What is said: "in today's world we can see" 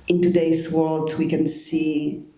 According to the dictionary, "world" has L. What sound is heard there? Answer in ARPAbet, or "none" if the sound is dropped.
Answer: L